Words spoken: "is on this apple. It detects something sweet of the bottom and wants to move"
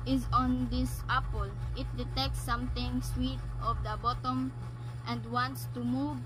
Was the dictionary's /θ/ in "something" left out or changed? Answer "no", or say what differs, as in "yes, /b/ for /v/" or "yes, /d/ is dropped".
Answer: yes, /t/ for /θ/